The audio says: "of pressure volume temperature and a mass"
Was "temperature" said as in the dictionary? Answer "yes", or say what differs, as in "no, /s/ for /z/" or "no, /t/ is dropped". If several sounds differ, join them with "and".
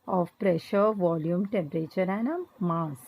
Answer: yes